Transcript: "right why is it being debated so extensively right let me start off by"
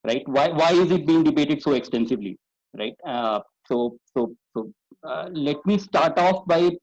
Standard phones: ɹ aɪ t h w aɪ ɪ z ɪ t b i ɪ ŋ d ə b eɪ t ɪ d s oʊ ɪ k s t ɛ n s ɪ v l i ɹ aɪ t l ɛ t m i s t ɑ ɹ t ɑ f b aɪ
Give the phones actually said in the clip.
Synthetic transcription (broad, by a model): ɹ aɪ t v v aɪ ɪ z ɪ t b i ɪ ŋ d ə b eɪ t ɪ d s oʊ ɪ k s t ɛ n s ɪ v l i ɹ aɪ t l ɛ t m i s t ɑ ɹ t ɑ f b aɪ